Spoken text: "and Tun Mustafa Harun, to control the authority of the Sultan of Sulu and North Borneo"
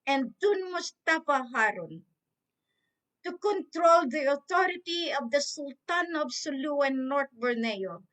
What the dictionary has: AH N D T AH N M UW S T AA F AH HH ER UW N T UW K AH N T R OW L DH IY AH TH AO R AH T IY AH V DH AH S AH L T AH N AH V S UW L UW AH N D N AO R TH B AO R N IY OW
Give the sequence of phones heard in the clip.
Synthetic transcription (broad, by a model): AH N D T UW N M UW S T AA F AH HH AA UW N T UW K AH N T R OW L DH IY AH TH AO R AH T IY AH V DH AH S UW L T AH N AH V S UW L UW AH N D N AO R T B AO R N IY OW